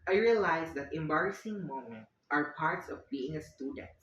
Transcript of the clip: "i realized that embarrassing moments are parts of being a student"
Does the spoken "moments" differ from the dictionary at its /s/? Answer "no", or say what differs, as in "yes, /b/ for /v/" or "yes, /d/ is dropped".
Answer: yes, /s/ is dropped